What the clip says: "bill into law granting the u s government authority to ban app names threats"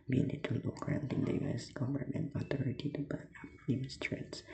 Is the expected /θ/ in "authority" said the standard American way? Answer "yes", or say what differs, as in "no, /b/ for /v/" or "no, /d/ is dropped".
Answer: no, /t/ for /θ/